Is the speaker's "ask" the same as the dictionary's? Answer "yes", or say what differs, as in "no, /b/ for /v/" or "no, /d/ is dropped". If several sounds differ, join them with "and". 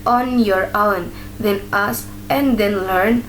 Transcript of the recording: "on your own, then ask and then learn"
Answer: no, /k/ is dropped